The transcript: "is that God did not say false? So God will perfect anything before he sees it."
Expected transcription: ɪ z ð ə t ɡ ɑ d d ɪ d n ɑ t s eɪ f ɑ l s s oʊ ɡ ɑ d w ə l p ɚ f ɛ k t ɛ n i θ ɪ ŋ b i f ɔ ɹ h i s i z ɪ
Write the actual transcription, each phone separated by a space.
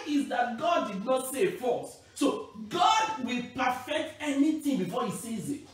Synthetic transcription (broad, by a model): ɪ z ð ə t ɡ ɑ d d ɪ d n ɑ t s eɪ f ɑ s s oʊ ɡ ɑ d w ə l p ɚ f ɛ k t ɛ n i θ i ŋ b i f ɔ h i s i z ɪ